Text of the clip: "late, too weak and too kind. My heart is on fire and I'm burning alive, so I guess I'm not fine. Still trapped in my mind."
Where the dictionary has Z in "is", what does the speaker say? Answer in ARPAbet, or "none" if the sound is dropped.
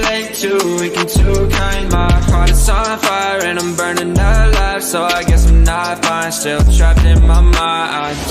S